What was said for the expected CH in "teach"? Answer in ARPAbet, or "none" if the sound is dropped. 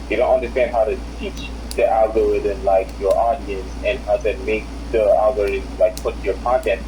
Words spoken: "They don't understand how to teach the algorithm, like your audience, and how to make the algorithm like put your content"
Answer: CH